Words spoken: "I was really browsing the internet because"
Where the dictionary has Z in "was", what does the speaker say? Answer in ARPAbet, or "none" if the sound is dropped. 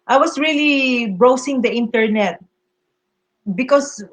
S